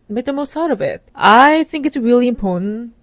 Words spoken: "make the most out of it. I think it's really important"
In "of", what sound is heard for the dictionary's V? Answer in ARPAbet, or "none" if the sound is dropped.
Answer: V